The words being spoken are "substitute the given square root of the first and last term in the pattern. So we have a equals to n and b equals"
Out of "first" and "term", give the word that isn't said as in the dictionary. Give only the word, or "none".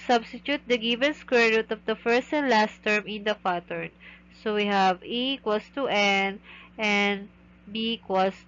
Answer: none